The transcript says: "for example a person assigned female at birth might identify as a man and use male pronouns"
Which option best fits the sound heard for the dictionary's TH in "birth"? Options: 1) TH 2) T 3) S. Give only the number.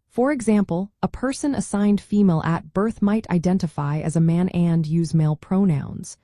1